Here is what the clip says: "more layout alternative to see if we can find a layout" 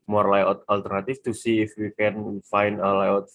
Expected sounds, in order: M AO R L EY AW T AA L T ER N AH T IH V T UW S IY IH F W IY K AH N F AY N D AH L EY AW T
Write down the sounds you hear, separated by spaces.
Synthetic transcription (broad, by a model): M AO R L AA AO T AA L T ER N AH T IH F T UW S IY IH F W IY K AH N F AY N D AH L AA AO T